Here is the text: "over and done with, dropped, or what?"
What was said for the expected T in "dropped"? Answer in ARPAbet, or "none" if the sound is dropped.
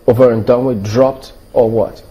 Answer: T